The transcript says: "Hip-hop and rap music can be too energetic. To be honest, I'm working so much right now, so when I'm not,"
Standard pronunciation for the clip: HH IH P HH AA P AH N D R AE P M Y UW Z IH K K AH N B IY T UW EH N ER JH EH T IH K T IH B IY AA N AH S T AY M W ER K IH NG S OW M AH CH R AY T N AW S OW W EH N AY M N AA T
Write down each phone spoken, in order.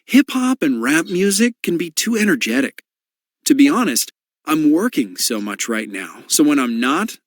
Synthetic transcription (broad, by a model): HH IH P HH AA P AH N R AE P M Y UW Z IH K K AH N B IY T UW EH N ER JH EH T IH K T IH B IY AA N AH S T AY M W ER K IH NG S OW M AH CH R AY T N AW S OW W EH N AY M N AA T